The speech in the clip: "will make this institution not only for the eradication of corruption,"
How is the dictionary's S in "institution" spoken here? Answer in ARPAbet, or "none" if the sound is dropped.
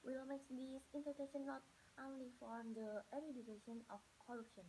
none